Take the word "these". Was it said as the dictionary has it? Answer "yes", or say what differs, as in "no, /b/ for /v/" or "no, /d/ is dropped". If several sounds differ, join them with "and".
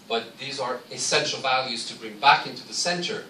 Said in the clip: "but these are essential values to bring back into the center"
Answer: yes